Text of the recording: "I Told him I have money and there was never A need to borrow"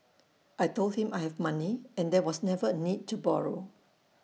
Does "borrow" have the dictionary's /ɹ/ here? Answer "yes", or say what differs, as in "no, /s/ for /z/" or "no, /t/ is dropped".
yes